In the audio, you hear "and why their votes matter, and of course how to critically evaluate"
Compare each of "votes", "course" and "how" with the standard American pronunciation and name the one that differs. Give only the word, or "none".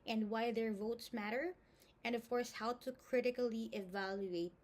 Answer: none